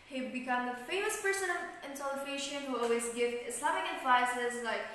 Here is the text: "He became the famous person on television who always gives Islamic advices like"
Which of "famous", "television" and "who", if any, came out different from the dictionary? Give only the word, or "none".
television